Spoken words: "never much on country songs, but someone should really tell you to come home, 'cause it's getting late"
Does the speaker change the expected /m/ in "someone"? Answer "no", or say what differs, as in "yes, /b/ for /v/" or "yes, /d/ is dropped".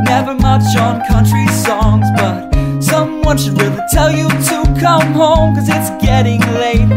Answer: no